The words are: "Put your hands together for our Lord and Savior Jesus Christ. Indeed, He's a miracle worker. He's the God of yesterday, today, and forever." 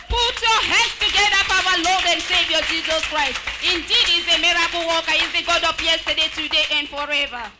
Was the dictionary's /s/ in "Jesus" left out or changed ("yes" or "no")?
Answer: no